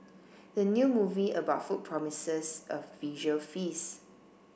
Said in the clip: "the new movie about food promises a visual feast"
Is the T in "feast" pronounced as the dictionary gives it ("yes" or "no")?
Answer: no